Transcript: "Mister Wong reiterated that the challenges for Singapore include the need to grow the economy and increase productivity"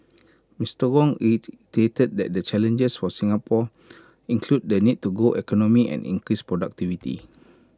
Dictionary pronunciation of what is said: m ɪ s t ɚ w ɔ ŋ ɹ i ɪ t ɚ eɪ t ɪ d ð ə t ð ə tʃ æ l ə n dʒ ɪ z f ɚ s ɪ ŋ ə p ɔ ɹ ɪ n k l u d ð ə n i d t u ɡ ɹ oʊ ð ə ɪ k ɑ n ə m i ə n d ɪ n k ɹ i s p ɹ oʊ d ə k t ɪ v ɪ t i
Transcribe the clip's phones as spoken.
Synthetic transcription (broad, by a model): m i s t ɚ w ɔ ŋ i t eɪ t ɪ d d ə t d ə tʃ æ l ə n dʒ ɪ s f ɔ s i ŋ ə p ɔ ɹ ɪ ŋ k l u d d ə n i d t u ɡ oʊ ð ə k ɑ n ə m i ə n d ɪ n k ɹ i s p ɹ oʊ d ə k t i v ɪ t i